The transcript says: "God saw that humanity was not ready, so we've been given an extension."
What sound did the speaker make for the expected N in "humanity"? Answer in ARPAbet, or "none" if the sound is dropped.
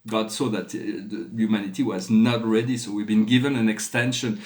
N